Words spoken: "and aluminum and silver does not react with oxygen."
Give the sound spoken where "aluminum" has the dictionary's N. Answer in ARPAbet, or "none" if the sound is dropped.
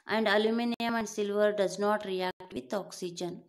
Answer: N